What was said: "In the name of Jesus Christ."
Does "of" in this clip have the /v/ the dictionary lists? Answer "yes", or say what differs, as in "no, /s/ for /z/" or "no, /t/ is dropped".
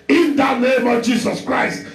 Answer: yes